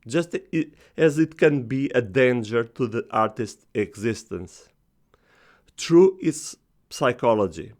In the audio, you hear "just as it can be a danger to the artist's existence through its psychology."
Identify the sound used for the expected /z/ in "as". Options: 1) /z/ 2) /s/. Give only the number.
1